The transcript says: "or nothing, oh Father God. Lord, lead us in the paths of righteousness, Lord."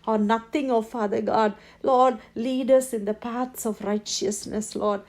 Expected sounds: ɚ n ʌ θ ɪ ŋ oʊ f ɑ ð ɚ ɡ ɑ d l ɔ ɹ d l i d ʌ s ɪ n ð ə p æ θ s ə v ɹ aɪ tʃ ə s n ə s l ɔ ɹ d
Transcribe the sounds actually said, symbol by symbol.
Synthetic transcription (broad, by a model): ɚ n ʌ t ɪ ŋ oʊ f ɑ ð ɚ ɡ ɑ d l ɔ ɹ d l i d ʌ s ɪ n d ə p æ t s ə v ɹ aɪ tʃ ə s n ə s l ɔ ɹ d